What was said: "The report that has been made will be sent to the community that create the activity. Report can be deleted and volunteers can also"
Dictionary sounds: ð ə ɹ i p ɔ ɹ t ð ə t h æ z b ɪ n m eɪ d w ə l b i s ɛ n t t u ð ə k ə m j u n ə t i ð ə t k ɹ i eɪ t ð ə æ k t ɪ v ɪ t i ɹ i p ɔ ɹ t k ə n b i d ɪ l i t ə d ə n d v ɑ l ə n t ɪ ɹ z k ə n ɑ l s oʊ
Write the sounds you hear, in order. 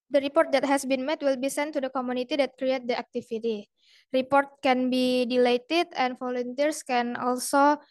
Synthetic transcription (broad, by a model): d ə ɹ i p ɔ ɹ t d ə t h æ s b ɪ n m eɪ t w ə l b i s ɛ n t t u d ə k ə m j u n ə t i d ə t k ɹ i eɪ t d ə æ k t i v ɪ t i ɹ i p ɔ ɹ t k ə n b i d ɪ l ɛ t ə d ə n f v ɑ l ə n t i ɹ s k ə n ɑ l s oʊ